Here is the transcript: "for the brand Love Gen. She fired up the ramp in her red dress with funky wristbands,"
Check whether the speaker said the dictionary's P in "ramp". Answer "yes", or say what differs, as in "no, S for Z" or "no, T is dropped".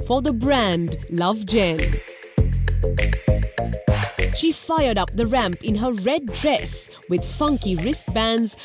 yes